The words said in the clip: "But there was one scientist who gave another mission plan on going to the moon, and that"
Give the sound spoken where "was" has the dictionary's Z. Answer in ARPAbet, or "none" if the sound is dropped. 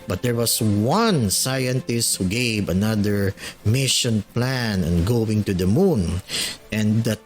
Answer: S